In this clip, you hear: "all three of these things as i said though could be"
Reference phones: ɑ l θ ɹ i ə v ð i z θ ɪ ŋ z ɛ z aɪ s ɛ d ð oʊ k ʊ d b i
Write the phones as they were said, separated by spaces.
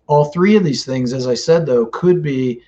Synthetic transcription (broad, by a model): ɑ l θ ɹ i ə v ð i z θ ɪ ŋ z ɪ z aɪ s ɛ d ð oʊ k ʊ d b i